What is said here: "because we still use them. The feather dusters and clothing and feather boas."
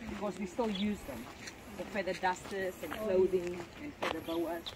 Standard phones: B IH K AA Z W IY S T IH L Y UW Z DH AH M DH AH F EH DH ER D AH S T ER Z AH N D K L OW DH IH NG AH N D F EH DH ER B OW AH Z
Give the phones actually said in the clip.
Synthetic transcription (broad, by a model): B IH K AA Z W IY S T IH L Y UW Z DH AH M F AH F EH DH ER D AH S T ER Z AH N K L OW DH IH NG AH N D F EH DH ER B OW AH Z